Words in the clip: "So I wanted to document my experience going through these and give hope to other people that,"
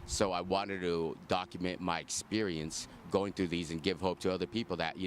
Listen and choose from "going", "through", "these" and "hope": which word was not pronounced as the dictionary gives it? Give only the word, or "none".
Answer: none